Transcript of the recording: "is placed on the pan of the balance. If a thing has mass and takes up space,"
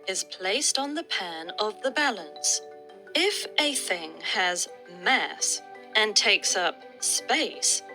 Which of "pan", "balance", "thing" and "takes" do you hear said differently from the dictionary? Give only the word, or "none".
none